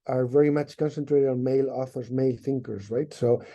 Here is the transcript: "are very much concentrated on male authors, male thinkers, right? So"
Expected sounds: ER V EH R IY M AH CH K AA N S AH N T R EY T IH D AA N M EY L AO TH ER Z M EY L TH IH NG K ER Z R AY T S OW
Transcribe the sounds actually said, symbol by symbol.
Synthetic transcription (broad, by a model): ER V EH R IY M AH CH K AA N S AH N T R EY T IH D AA N M EY L AO TH ER Z M EY L TH IH NG K ER Z R AY T S OW